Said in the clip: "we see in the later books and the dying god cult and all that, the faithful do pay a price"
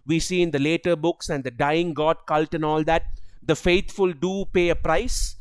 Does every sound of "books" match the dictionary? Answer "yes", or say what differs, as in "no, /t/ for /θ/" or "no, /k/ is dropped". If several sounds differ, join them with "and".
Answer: yes